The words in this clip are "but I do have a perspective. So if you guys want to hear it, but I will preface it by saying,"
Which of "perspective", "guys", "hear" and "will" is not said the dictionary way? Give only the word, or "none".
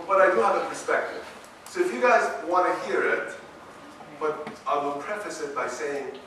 none